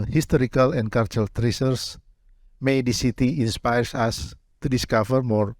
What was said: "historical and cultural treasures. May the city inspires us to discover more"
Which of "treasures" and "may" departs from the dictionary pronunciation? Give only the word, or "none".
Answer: treasures